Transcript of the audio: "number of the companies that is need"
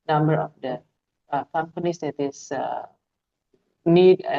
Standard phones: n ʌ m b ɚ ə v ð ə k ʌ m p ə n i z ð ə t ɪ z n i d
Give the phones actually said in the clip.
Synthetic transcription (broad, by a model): n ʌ m b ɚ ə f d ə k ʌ m p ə n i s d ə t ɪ s n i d